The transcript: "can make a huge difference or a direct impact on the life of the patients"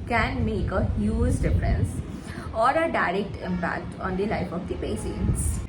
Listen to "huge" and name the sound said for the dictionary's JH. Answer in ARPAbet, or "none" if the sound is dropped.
Z